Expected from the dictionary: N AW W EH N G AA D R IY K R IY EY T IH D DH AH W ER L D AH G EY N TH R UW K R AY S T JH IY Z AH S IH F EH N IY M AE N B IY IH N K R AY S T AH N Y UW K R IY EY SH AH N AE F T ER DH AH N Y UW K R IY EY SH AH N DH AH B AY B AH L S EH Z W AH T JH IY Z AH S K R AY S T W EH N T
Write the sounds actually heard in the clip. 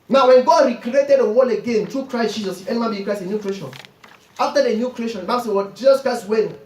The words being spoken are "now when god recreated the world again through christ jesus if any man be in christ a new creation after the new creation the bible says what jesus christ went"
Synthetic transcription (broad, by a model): N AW W EH N G AA D R IY K R IY EY T IH D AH W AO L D AH G EY N T R UW K R AY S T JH IY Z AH S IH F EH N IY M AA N B IY K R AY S AH N Y UW K R IY EY SH AH N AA F T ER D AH N Y UW K R IY EY SH AH N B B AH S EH W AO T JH IY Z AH S K R AY S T W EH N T